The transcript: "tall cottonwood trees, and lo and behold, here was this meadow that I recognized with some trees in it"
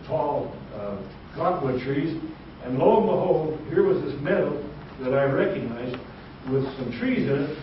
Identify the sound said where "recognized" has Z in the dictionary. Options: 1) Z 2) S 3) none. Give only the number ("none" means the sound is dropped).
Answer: 1